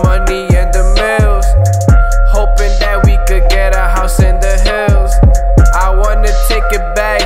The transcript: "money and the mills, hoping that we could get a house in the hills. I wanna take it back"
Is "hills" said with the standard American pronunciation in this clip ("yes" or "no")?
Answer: yes